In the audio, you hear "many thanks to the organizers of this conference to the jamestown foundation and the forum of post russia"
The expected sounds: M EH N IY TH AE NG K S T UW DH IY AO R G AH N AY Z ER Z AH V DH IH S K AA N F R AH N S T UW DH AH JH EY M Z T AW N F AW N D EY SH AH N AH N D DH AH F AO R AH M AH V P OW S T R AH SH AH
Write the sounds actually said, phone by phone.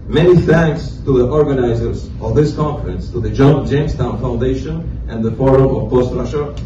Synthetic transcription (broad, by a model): M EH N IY TH AE NG K S T UW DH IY AO R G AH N AY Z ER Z AH V DH IH S K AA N F R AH N S T UW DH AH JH EY M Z T AW N F AW N D EY SH AH N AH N DH AH F AO R AH M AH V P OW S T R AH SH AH